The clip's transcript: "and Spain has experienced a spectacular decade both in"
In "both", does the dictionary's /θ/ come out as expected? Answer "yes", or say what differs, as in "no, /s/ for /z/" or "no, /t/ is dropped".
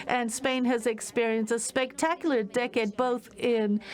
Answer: yes